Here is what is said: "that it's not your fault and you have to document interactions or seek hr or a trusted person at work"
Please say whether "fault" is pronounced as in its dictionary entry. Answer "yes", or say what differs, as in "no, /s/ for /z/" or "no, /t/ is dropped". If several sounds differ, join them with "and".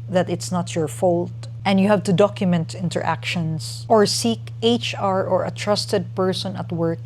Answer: yes